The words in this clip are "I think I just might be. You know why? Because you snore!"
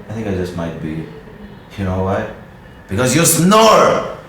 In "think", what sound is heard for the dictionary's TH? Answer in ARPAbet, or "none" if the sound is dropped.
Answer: TH